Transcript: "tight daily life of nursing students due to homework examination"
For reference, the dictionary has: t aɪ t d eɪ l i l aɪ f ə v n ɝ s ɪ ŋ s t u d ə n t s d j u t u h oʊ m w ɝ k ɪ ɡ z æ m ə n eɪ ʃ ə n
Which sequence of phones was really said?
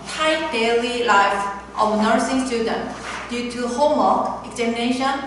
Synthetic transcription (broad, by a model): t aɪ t d eɪ l i l aɪ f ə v n ɝ s ɪ ŋ s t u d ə n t d j u t u h oʊ m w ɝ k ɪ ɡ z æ m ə n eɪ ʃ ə n